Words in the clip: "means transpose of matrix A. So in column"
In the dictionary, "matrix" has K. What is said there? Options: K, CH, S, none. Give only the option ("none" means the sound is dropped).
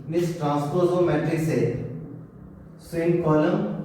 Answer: none